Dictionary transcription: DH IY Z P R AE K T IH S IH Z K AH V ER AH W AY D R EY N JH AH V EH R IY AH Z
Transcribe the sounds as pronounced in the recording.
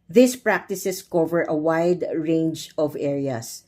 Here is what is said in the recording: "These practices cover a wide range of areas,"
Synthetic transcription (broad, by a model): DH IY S P R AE K T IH S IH S K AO V ER AH W AY D R EY N JH AH V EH R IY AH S